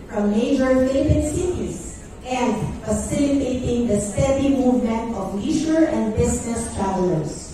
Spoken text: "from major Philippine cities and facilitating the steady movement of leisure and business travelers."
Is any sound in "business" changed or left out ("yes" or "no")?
yes